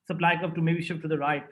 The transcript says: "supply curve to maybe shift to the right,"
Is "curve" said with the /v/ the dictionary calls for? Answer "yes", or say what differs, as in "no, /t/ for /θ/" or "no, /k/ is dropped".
no, /p/ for /v/